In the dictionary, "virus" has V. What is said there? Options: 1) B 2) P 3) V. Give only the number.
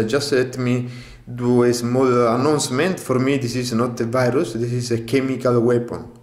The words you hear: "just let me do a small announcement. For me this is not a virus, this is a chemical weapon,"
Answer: 3